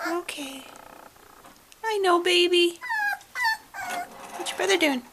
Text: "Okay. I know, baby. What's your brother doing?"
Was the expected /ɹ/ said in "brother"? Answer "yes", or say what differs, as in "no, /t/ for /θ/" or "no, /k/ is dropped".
no, /ɹ/ is dropped